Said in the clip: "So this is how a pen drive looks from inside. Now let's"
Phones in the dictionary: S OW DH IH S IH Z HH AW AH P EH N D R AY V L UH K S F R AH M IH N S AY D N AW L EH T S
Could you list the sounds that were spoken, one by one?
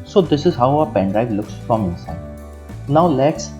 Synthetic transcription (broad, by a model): S OW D IH S IH Z HH AW AH P EH N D AY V L UH K S F R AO M IH N S AY D N AW L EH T S